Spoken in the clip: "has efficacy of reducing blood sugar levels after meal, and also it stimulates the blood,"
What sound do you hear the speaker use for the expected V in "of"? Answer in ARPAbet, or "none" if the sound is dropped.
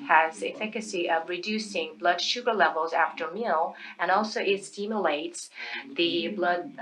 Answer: V